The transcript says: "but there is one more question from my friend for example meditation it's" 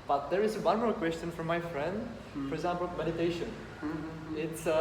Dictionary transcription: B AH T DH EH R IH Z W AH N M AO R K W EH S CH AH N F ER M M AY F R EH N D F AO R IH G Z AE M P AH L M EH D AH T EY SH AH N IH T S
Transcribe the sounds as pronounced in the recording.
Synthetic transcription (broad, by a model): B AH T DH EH R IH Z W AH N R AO L K W EH S CH AH N F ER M M AY F R EH N D F AO R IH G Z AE M P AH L M EH D AH T EY SH AH N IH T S